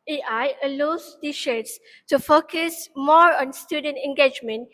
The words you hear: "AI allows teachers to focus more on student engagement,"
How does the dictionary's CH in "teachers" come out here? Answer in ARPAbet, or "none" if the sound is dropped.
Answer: SH